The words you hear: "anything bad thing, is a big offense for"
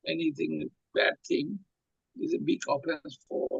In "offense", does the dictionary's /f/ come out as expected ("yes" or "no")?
no